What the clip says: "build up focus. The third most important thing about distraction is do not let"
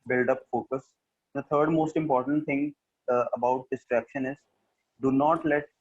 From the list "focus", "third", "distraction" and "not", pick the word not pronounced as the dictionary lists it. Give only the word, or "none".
third